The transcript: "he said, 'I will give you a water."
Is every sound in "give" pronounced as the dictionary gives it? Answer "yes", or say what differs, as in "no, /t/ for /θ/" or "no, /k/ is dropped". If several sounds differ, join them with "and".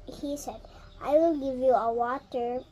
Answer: yes